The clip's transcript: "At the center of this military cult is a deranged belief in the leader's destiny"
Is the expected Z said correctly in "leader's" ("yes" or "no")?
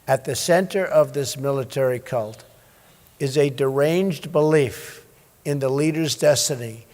yes